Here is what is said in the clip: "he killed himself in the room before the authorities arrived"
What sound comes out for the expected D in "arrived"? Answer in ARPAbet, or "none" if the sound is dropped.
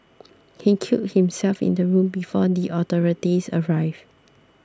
none